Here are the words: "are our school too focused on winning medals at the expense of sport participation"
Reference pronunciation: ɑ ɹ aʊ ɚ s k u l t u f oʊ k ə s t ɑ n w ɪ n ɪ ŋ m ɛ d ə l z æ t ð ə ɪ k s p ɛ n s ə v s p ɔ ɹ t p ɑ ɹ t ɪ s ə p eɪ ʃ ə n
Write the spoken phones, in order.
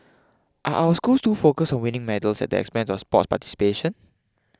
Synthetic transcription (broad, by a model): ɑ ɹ aʊ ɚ s k u l t u f oʊ k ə s ɑ n w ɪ n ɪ ŋ m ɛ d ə l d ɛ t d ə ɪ k s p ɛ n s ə f s p ɔ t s p ɑ t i s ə p eɪ ʃ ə n